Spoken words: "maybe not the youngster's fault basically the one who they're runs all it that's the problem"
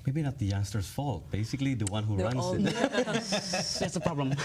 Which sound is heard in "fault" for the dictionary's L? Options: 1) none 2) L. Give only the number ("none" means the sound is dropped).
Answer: 2